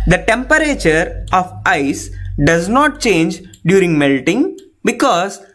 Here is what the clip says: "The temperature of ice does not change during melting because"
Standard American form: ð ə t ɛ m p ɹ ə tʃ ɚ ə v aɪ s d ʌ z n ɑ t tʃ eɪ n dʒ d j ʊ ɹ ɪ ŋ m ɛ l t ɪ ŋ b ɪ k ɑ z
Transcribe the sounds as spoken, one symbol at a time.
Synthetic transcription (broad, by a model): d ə t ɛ m p ɹ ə tʃ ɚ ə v aɪ s d ʌ z n ɑ t tʃ eɪ n dʒ d j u ɹ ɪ ŋ m ɛ l t ɪ ŋ b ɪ k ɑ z